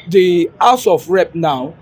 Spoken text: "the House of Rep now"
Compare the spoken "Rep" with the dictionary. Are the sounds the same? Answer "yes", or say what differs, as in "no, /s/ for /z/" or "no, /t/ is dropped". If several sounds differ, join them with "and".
yes